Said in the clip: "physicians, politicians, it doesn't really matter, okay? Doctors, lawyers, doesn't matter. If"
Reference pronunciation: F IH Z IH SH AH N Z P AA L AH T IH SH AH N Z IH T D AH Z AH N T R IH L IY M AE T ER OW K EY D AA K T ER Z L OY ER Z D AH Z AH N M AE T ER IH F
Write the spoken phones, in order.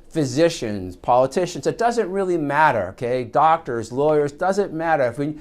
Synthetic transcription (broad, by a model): F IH Z IH SH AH N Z P AA L AH T IH SH AH N Z IH T D AH Z AH N T R IH L IY M AE T ER OW K EY D AA K T ER Z L OY ER Z D AH Z AH N M AE T ER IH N